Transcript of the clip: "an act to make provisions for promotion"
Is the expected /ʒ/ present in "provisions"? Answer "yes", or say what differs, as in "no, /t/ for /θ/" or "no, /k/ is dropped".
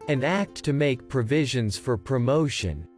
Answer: yes